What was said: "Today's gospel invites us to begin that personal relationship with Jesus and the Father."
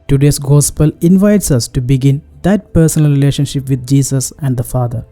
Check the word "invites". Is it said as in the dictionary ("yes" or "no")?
yes